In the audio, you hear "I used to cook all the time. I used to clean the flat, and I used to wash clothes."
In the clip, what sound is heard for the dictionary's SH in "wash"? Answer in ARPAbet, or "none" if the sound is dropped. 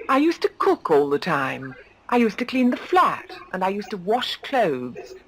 SH